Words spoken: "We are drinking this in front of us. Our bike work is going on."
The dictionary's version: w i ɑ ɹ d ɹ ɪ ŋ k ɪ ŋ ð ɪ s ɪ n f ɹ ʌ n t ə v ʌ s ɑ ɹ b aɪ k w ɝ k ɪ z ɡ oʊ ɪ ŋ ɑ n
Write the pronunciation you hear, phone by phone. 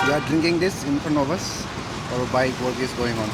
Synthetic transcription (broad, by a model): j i ɑ ɹ d ɹ ɪ ŋ k ɪ ŋ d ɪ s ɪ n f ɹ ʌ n ə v ʌ s ɑ ɹ b aɪ k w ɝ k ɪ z ɡ oʊ ɪ ŋ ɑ n